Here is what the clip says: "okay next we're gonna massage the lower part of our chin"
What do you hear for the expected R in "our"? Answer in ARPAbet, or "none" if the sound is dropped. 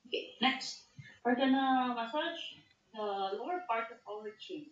L